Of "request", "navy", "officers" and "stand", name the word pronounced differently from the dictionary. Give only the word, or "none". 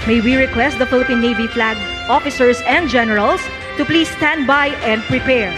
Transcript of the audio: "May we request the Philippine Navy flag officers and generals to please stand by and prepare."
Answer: officers